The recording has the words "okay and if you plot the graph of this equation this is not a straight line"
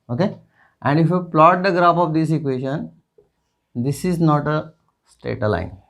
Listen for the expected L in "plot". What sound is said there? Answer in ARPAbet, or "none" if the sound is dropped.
L